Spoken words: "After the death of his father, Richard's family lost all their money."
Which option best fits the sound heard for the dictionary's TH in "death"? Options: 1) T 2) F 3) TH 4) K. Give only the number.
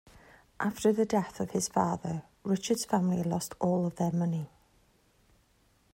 3